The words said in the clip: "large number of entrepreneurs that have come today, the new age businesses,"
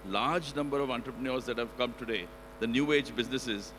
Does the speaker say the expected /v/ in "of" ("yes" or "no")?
yes